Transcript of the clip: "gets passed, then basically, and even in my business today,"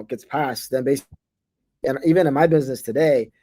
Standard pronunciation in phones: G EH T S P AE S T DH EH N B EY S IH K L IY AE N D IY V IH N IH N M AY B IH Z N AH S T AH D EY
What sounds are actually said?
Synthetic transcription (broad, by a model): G EH T S P AE S T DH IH N B EY IH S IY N IY V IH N IH N M AY B IH Z N AH S T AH D EY